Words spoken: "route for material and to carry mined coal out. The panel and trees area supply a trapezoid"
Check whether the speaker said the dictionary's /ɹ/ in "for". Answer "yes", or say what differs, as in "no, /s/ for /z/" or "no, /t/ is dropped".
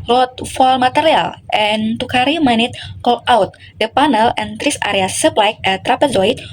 no, /l/ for /ɹ/